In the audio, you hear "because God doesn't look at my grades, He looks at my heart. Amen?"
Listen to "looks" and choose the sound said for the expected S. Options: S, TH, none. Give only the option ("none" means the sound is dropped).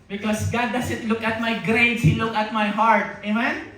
none